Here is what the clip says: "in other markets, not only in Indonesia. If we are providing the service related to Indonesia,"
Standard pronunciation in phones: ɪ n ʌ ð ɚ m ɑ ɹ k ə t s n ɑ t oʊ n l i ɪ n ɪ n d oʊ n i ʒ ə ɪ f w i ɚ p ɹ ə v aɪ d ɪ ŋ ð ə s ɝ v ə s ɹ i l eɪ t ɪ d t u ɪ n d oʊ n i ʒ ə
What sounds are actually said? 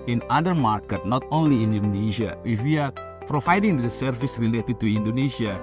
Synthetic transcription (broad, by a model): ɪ n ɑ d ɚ m ɑ ɹ k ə t n ɑ t oʊ n l i ɪ n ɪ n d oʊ n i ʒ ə ɪ f w i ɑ p ɹ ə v aɪ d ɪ ŋ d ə s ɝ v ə s ɹ i l eɪ t ɪ d t u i n d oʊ n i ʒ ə